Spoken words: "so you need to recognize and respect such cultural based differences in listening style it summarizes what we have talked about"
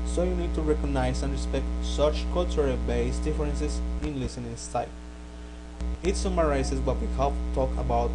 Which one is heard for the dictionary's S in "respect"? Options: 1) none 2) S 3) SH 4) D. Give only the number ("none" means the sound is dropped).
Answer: 2